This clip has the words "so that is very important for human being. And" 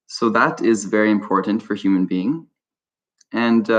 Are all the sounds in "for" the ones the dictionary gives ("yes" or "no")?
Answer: yes